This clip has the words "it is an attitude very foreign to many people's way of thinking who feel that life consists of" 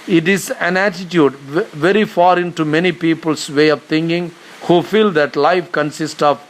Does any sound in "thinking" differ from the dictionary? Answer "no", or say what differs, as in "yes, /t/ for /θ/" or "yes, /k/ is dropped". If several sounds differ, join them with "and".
yes, /t/ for /θ/